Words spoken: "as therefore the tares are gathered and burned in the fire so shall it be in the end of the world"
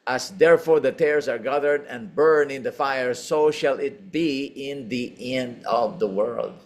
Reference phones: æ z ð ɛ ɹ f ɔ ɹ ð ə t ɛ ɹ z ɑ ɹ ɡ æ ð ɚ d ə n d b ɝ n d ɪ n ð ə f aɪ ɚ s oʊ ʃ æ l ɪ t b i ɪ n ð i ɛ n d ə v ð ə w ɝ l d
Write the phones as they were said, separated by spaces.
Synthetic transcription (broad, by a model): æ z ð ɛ ɹ f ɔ ɹ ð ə t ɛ ɹ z ɑ ɹ ɡ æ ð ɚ d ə n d b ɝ n ɪ n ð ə f aɪ ɚ s oʊ ʃ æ l ɪ t b i ɪ n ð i ɛ n d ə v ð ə w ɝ l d